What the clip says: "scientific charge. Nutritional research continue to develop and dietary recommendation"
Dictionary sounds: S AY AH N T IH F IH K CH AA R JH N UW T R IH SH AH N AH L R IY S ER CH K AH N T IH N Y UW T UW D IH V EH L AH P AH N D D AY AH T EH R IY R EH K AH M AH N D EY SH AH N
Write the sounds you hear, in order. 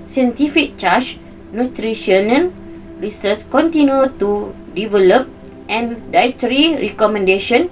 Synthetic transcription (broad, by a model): S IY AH N T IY F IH K CH AA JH N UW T R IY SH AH N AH N R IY S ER S K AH N T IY N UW T UW D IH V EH L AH P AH N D D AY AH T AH R IY R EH K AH M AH N D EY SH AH N